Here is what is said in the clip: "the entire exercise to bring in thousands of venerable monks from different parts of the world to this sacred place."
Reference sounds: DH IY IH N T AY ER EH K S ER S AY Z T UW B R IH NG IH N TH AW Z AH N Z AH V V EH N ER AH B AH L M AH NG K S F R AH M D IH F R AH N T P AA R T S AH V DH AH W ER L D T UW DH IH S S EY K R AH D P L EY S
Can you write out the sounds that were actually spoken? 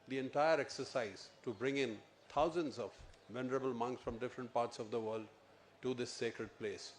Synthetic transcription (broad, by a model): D IY IH N T AY ER EH K S ER S AY Z T UW B R IH NG IH N T AW Z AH N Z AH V V EH N ER AH B AH L M AH NG K S F R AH M D IH F R AH N T P AA R T S AH V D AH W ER L D T UW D IH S S EY K R AH D P L EY S